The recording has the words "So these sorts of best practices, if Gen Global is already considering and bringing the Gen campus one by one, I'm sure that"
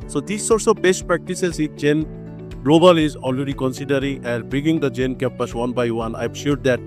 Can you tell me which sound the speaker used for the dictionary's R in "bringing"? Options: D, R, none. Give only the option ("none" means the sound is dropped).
none